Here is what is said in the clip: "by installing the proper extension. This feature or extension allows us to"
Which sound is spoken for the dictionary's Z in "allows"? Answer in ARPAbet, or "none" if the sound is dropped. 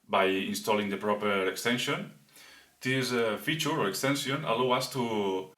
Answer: none